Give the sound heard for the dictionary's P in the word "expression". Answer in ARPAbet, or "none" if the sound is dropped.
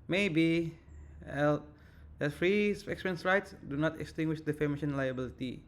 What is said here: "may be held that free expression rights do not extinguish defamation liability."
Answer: none